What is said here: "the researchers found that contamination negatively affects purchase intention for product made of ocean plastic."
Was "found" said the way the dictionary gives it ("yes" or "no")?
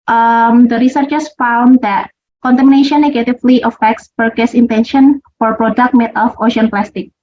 yes